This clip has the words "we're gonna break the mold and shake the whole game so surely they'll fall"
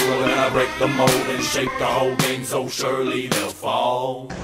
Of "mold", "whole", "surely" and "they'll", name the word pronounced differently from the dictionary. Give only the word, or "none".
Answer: mold